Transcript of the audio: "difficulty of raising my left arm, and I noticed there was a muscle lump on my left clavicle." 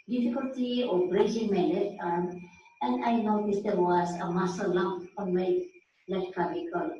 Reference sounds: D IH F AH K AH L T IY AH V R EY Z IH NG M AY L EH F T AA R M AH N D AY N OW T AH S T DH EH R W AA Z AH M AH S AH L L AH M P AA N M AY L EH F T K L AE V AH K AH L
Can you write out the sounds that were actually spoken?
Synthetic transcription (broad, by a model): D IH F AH K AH L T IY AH B R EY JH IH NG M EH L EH T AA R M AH N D AY N OW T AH S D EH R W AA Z AH M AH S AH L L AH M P AA N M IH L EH T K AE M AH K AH L